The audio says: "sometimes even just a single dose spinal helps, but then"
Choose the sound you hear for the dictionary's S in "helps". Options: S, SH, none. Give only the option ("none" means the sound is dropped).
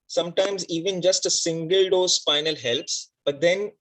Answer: S